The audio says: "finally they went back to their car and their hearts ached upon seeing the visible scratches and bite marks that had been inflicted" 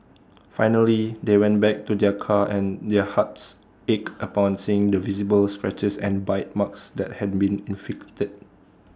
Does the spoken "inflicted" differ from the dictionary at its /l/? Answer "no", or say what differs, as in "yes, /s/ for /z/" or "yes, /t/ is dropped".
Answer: yes, /l/ is dropped